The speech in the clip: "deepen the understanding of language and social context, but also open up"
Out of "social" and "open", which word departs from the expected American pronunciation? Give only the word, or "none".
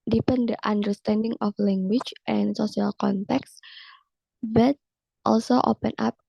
social